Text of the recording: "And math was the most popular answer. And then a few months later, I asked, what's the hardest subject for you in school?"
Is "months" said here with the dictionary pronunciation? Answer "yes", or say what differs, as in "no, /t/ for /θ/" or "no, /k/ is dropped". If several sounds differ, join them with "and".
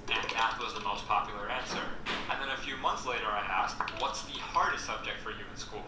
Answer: yes